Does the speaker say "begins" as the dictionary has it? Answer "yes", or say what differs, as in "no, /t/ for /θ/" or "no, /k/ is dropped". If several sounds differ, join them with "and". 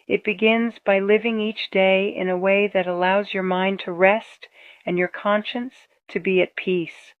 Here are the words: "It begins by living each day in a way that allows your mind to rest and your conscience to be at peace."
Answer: yes